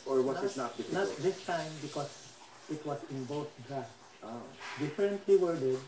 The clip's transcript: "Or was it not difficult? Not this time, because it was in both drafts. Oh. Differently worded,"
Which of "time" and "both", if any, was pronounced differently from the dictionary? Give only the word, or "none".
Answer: both